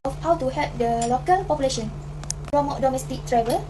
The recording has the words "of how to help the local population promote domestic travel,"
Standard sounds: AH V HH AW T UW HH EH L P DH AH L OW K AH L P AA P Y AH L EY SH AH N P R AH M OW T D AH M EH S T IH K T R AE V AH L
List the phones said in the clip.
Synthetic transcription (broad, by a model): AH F HH AW T UW HH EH P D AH L OW K AH L P AA P Y AH L EY SH AH N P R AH M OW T D AH M EH S T IH K T R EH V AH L